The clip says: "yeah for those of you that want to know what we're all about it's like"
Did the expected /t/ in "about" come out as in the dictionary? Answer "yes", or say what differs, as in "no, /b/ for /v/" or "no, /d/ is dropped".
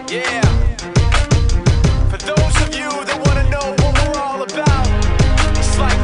no, /t/ is dropped